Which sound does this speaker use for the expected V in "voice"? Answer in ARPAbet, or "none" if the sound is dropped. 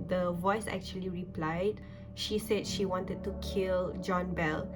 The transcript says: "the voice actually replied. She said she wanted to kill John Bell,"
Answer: V